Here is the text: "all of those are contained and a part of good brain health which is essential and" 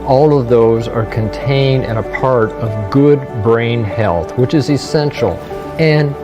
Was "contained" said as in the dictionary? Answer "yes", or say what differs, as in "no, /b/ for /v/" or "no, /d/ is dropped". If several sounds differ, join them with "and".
yes